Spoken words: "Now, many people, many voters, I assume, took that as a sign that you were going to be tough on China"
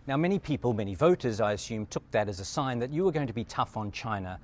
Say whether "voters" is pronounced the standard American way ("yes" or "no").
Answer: yes